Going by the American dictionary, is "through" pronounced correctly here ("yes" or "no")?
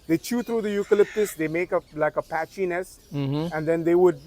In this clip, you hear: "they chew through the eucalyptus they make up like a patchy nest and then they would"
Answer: no